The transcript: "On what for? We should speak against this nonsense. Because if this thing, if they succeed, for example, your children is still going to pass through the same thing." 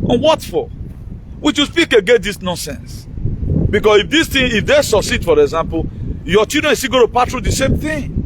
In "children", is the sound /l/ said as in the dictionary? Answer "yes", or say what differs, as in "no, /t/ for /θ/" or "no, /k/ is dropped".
no, /l/ is dropped